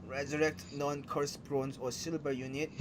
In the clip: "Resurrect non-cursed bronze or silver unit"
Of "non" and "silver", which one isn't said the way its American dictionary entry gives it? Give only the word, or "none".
silver